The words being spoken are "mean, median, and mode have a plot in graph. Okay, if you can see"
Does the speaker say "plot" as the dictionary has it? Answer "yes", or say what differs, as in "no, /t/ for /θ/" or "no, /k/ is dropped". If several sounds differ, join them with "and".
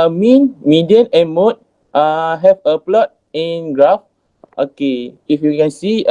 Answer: yes